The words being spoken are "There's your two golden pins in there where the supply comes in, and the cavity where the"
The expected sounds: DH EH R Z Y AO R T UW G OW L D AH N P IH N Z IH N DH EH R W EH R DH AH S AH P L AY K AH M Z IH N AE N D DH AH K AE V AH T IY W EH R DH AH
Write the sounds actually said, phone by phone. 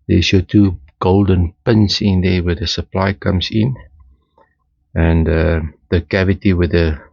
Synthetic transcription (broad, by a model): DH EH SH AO T UW G OW L D AH N P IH N S IH N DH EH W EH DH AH S AH P L AY K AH M S IH N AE N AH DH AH K AE V AH T IY W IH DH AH